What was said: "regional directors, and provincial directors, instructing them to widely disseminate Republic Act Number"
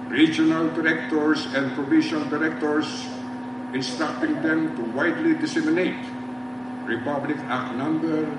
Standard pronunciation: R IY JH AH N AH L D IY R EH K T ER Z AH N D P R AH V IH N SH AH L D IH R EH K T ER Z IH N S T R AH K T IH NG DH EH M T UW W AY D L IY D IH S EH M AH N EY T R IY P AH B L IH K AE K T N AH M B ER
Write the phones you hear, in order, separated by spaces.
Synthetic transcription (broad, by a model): R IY JH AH N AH L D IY R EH K T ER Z AH N D P R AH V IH SH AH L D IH R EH K T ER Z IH N S T R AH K T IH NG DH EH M T UW W AY D L IY D IH S EH M AH N EY T R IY P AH B L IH K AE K N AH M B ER